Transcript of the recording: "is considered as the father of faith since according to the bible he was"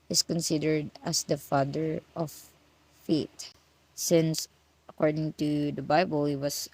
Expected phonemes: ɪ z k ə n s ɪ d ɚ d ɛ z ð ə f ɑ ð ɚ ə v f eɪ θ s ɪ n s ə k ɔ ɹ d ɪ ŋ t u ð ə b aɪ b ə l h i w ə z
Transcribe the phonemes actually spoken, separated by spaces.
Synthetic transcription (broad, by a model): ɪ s k ə n s ɪ d ɚ d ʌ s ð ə f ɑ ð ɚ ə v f eɪ t s ɪ n s ə k ɔ ɹ d ɪ ŋ t u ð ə b aɪ b ə l h i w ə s